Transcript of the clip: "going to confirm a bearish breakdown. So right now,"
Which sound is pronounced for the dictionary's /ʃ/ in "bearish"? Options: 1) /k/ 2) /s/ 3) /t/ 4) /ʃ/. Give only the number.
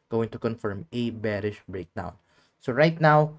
4